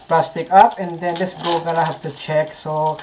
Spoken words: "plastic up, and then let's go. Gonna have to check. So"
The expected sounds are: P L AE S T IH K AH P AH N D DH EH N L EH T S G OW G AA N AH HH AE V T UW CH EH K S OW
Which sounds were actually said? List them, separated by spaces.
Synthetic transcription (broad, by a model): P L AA S T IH K AH P AH N D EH N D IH S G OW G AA L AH HH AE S T UW CH EH K S OW